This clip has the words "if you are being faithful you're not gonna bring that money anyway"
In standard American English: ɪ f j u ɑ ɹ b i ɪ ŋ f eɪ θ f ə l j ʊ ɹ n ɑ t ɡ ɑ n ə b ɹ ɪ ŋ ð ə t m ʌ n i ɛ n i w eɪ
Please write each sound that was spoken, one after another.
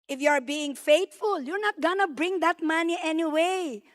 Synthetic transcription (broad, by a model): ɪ f j u ɑ ɹ b i ɪ ŋ f eɪ t f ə l j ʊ ɹ n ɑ t ɡ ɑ n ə b ɹ ɪ ŋ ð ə t m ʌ n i ɛ n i w eɪ